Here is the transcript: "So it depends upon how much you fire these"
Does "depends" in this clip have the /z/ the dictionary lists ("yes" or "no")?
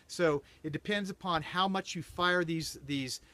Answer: yes